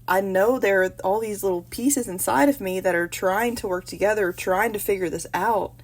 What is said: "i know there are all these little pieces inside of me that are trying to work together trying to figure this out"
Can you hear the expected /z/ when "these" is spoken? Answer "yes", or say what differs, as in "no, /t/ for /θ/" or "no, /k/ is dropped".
yes